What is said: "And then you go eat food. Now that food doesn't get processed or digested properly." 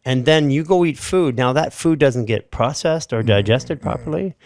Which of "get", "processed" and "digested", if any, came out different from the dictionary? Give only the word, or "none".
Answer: none